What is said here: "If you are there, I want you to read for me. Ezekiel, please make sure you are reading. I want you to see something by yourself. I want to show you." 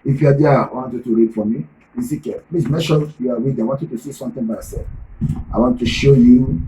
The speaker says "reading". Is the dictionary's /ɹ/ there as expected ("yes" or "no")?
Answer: no